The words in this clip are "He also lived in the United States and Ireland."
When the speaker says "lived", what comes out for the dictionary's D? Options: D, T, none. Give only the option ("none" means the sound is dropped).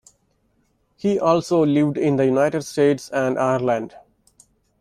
D